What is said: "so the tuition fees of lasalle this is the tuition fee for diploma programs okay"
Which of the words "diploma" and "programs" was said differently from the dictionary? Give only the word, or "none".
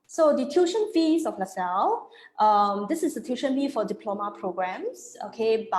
programs